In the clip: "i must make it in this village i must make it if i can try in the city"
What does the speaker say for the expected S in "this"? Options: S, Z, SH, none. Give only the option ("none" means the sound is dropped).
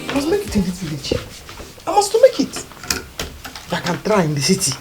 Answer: none